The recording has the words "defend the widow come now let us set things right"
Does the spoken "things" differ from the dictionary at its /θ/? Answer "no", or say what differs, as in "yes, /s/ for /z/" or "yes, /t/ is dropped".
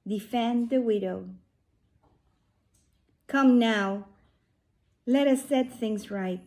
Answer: no